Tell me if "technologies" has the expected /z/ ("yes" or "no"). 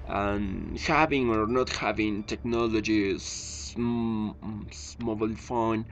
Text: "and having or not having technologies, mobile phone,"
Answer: no